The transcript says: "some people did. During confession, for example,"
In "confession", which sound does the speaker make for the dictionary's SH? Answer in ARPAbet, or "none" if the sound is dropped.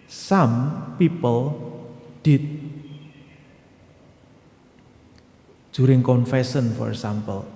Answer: S